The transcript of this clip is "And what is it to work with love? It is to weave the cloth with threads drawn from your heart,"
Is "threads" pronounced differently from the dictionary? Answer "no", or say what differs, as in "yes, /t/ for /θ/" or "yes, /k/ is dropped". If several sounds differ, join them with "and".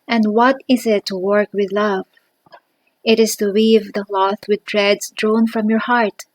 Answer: yes, /t/ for /θ/